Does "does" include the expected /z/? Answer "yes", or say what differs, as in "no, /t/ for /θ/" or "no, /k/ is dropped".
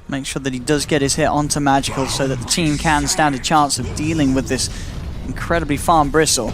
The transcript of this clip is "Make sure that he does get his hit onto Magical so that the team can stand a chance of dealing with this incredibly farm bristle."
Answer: yes